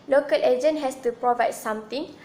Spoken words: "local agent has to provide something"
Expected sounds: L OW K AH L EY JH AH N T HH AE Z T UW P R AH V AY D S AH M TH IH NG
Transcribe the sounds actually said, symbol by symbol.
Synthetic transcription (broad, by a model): L OW K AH L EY JH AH N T HH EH S T UW P R AH V AY D S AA M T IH NG